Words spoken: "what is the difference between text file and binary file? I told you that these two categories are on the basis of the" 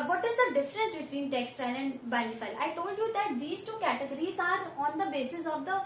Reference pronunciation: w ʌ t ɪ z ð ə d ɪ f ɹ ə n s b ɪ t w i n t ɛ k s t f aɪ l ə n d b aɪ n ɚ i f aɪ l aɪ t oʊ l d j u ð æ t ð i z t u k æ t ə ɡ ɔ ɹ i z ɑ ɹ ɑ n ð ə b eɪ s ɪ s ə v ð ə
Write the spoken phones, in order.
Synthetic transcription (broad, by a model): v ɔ t ɪ z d ə d ɪ f ɹ ə n s b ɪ t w i n t ɛ k s t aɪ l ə n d b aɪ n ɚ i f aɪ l aɪ t oʊ l d j u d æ t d i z t u k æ t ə ɡ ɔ ɹ i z ɑ ɹ ɑ n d ə b eɪ s ɪ s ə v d ə